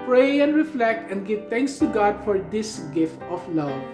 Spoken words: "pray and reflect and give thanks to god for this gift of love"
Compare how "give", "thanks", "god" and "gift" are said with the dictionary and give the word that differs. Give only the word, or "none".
thanks